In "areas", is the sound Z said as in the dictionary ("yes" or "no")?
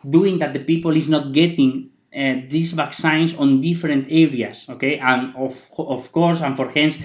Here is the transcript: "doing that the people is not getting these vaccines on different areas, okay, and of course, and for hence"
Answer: no